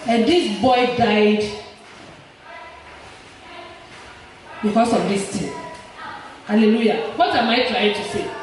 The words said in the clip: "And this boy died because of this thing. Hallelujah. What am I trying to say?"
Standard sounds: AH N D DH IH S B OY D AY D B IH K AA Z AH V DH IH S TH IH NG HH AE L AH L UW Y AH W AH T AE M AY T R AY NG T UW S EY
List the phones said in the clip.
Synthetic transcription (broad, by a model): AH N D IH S B OY D AY D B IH K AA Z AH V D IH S T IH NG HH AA L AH L UW Y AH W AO T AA M AY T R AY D T UW S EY